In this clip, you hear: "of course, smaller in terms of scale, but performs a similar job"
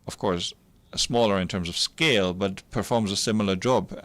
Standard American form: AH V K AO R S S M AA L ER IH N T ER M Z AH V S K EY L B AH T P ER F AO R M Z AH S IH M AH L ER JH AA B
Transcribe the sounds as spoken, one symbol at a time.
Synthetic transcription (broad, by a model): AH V K AO R S S M AA L ER IH N T ER M Z AH V S K EY L B AH T P ER F AO R M Z AH S IH M L ER JH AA B